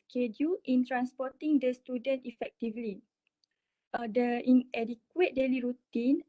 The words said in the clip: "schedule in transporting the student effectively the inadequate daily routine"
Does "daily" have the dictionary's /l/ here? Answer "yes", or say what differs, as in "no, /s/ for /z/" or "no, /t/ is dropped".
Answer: yes